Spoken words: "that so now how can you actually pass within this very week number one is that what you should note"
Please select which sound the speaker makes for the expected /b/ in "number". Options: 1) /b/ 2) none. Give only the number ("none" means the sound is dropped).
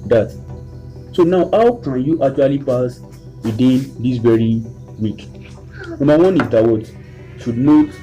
2